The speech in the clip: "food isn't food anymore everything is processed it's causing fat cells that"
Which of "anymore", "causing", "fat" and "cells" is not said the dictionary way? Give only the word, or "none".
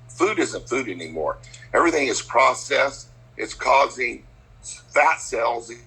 none